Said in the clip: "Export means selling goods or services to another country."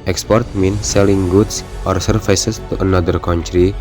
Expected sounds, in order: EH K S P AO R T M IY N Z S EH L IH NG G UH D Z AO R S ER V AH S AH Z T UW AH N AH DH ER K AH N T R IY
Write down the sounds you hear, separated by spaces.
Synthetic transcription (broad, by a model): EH K S P AO R T M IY N S EH L IH NG G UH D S AO R S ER F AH S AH S T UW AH N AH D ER K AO N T R IY